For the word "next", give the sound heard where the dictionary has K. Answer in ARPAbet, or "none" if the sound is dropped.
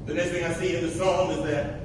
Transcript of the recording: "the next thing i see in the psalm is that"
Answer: none